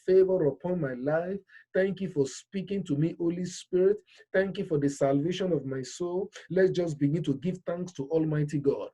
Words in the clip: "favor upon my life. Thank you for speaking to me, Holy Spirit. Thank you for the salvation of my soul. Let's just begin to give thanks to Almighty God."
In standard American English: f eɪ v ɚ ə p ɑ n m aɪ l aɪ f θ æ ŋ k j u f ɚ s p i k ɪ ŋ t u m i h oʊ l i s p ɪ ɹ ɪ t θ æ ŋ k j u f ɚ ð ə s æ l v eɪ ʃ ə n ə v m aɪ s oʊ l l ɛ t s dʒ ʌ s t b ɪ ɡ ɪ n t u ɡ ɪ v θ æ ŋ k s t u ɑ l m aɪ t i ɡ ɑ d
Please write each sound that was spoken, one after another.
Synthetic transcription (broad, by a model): f eɪ v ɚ ə p ɑ n m aɪ l aɪ f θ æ ŋ k j u f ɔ s p i k ɪ ŋ t u m i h oʊ l i s p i ɹ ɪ t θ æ ŋ k j u f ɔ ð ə s æ l v eɪ ʃ ə n ə v m aɪ s oʊ l l ɛ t dʒ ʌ s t b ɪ ɡ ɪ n t u ɡ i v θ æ ŋ k s t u ɑ l m aɪ t i ɡ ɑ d